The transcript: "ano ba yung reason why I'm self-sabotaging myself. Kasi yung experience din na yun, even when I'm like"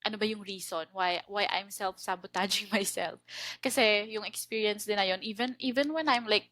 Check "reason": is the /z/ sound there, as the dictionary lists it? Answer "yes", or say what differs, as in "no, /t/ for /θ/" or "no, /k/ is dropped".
no, /s/ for /z/